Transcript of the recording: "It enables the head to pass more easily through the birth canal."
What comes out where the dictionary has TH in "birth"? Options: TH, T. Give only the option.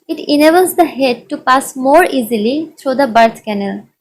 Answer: T